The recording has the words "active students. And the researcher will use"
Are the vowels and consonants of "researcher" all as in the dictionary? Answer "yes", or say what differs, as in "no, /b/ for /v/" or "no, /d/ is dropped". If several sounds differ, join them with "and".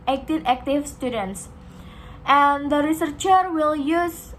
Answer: yes